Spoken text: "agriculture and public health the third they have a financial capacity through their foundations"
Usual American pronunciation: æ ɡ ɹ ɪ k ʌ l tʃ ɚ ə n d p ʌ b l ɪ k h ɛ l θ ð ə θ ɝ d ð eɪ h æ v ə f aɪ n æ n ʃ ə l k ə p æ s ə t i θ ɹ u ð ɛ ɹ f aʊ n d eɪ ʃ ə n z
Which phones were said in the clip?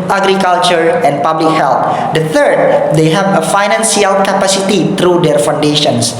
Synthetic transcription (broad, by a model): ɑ ɡ ɹ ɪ k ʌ l tʃ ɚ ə n p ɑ b l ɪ k h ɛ l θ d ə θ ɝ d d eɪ h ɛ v ə f aɪ n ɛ n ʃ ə l k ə p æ s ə t i t ɹ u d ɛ ɹ f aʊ n d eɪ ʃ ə n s